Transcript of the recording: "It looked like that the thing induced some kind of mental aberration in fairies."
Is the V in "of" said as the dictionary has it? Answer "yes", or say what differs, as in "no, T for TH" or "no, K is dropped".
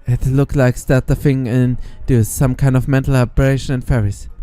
yes